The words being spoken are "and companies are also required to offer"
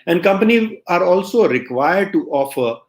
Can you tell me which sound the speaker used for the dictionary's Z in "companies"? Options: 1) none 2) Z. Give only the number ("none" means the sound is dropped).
1